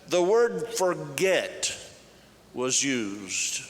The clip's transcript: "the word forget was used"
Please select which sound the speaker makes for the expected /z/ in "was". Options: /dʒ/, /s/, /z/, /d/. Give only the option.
/z/